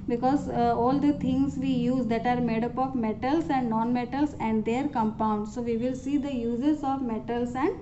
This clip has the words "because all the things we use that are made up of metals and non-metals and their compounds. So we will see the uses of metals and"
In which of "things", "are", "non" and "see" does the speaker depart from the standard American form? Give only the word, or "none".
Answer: things